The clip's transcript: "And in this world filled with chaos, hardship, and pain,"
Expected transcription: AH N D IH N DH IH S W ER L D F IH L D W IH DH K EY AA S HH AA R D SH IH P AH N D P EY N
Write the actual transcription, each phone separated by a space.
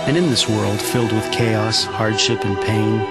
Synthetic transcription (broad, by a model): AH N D IH N DH IH S W ER L D F IH L D W IH DH K EY AA S HH AA R D SH IH P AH N P EY N